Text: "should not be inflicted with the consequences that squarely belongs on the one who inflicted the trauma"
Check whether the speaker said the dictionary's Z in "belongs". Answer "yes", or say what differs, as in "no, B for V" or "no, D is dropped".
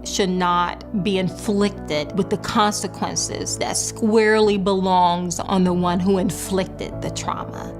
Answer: yes